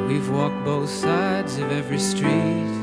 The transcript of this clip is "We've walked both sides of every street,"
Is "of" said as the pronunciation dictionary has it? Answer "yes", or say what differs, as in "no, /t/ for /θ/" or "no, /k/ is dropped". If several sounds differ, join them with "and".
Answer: yes